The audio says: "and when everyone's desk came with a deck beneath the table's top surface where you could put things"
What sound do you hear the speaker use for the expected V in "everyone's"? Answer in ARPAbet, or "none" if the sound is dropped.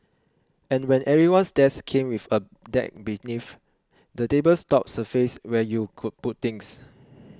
none